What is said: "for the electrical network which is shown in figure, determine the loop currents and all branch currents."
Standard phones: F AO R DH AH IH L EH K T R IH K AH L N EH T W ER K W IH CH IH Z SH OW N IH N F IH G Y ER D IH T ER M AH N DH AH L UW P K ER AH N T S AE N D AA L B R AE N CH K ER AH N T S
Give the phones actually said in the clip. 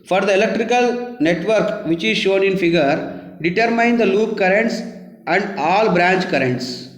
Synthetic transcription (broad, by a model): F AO R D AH IH L EH K T R IH K AH L N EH T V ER K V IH CH IH Z SH OW N IH N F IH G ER D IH T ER M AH N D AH L UW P K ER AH N T S AE N D AA L B R AE N CH K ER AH N T S